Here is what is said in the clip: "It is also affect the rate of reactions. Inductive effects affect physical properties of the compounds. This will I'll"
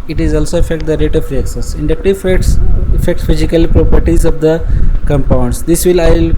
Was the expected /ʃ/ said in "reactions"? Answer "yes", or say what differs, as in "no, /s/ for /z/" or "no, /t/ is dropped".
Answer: no, /s/ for /ʃ/